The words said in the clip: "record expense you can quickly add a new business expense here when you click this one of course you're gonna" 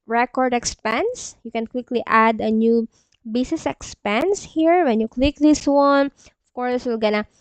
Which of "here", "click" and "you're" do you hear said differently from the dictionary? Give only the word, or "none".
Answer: you're